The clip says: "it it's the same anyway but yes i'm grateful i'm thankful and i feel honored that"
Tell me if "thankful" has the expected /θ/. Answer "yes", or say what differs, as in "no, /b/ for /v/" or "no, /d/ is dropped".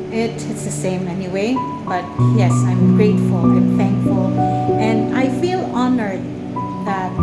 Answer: yes